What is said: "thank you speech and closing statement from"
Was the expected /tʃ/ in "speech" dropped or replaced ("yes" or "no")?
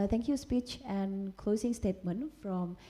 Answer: no